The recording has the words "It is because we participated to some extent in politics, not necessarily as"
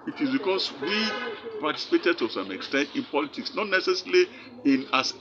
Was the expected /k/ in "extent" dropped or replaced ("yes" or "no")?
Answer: no